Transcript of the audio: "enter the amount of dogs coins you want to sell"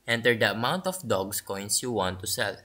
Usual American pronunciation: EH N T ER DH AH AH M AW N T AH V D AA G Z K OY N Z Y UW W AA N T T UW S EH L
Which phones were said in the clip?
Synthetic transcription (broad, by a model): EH N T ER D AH AH M AW N T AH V D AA G S K OY N S Y UW W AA N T T UW S EH L